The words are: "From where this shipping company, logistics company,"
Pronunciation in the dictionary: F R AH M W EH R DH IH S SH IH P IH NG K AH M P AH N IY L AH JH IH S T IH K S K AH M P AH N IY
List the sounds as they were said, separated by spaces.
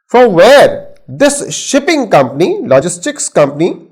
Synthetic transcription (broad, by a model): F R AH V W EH R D IH S SH IH P IH NG K AH M P AH N IY L AH JH IH S T IH K S K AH M P AH N IY